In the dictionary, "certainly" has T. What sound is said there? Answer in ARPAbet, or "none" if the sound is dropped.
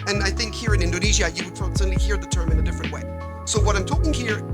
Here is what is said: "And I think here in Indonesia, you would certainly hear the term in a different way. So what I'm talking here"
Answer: S